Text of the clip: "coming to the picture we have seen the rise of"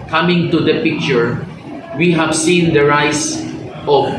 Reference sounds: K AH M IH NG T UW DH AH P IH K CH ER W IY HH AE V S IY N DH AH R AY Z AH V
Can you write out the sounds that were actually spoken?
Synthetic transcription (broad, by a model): K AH M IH NG T UW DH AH P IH K CH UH W IY HH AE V S IY N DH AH R AY S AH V